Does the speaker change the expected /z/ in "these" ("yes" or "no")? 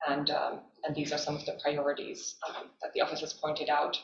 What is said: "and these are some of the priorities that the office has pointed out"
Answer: no